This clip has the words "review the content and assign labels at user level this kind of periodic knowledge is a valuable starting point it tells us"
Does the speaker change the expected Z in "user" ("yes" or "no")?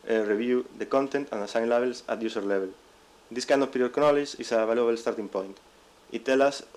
yes